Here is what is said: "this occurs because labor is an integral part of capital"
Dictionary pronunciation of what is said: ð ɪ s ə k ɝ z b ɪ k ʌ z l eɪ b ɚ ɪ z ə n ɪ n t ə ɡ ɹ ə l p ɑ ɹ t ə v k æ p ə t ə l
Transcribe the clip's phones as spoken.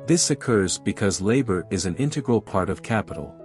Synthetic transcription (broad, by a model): ð ɪ s ə k ɝ z b ɪ k ʌ z l eɪ b ɚ ɪ z ə n ɪ n t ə ɡ ɹ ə l p ɑ ɹ t ə v k æ p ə t l